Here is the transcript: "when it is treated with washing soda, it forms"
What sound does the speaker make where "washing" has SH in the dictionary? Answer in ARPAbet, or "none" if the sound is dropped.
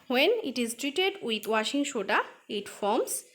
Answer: SH